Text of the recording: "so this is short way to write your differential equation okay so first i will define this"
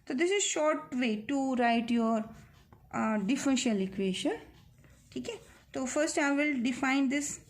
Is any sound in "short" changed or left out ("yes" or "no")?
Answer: no